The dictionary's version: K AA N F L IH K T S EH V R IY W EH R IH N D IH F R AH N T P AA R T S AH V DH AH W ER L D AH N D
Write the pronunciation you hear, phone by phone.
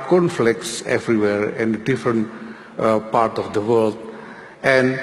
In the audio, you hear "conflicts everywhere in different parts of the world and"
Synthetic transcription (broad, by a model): K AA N F L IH K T S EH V R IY W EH R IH N D IH F R AH N T P AA R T AH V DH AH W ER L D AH N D